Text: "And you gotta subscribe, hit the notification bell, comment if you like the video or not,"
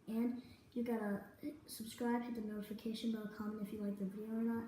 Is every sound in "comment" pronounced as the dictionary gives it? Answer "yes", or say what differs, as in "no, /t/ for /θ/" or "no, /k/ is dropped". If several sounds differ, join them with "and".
no, /t/ is dropped